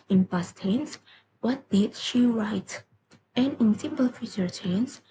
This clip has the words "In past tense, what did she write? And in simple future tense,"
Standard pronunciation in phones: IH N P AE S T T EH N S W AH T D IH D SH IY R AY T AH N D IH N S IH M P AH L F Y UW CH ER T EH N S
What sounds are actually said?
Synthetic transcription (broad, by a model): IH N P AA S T T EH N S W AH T D IH D SH IY R AY T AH N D IH N S IH M P AH L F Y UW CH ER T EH N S